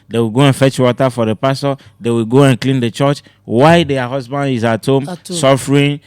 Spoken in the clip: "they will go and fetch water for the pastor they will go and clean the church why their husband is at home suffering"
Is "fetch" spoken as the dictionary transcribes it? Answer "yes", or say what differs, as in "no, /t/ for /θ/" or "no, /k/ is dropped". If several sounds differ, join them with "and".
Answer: yes